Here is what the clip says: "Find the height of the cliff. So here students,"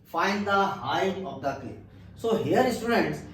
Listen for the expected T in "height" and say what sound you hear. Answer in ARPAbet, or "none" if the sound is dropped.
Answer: none